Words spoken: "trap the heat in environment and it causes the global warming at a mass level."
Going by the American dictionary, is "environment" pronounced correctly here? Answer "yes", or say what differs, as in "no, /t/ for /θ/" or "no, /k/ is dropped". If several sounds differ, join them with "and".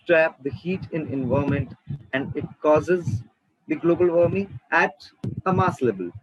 no, /ɹ/ is dropped and /n/ is dropped